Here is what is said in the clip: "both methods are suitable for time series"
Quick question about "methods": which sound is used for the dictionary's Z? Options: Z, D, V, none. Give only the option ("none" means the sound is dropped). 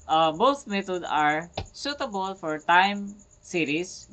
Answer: none